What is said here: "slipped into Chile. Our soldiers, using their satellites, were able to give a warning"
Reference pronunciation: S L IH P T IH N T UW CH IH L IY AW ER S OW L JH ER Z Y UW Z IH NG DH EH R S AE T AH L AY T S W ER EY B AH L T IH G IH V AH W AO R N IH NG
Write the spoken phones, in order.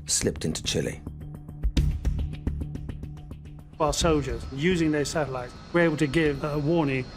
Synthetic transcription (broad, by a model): S L IH P T IH N T UW CH IH L IY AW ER S OW L JH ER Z Y UW Z IH NG DH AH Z S AE T AH L AY T S W ER EY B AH L T IH G IH V AH W AO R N IH NG